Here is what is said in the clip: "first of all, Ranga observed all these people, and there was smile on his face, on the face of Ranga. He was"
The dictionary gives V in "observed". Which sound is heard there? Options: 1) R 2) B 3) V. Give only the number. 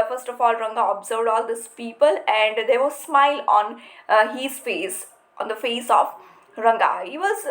3